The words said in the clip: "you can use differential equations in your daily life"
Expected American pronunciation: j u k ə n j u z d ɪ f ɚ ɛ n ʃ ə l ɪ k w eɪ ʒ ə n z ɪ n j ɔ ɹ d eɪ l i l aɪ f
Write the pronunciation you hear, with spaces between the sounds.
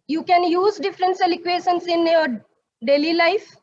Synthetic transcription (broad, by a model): j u k ə n j u z d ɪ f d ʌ n s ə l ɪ k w eɪ ʃ ə n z ɪ n j ɔ ɹ d eɪ l i l aɪ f